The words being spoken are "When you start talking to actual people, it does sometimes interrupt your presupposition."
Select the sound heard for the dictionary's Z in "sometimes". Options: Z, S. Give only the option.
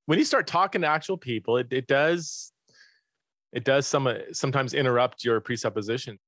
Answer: Z